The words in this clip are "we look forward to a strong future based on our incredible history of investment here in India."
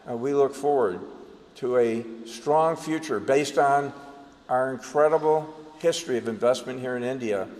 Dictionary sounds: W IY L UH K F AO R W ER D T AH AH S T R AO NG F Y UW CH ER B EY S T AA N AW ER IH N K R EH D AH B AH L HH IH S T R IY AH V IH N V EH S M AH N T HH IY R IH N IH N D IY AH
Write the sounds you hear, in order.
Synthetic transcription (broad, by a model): W IY L UH K F AO R W ER D T AH AH S T R AO NG F Y UW CH ER B EY S T N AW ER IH N K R EH D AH B L HH IH S T R IY AH V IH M V EH S M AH N T HH IY R IH N IH N D IY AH